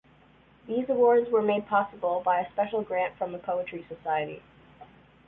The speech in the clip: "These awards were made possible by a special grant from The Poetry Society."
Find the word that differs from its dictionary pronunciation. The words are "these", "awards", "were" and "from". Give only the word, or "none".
none